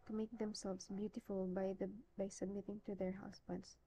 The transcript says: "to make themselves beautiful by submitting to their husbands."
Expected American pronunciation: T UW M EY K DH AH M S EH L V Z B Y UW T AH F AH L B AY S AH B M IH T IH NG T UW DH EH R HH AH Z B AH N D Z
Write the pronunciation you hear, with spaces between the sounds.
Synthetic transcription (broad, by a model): T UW M EY K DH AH M S EH L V S B Y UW T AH F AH L B AY S AH B M IH T IH NG T UW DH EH R HH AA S B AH N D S